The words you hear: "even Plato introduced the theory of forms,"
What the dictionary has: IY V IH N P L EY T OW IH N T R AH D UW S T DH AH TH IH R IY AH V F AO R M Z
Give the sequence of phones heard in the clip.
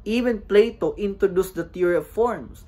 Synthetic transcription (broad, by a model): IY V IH N P L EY T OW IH N T R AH D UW S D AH T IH R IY AH V F AO R M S